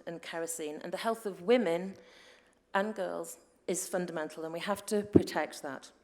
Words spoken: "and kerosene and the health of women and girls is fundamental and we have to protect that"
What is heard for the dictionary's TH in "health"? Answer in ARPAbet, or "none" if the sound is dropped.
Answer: TH